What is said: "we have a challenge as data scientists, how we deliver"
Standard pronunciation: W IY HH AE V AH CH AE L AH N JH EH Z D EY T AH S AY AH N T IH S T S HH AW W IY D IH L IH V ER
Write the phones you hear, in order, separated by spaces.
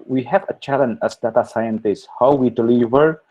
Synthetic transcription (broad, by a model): W IY HH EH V AH CH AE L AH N EH S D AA T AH S AY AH N T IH S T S HH AW W IY D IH L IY V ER